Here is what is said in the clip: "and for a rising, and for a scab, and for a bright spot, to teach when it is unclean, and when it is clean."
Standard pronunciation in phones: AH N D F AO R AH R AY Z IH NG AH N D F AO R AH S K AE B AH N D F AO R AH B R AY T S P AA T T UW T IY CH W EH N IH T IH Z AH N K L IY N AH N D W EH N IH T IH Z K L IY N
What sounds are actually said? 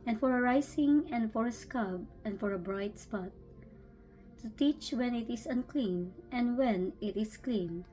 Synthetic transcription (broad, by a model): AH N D F AO R AH R AY S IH NG AH N D F AO R AH S K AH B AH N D F AO R AH B R AY T S P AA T T UW T IY CH W EH N IH T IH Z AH N K L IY N AH N D W EH N IH T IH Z K L IY N